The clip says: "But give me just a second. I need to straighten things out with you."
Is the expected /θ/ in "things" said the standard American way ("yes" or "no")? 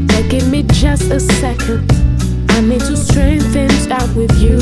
yes